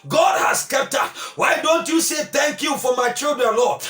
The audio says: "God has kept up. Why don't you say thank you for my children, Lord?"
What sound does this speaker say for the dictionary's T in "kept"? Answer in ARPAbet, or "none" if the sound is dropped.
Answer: T